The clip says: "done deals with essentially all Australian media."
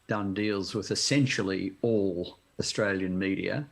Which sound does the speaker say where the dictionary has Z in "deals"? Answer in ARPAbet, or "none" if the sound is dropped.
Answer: Z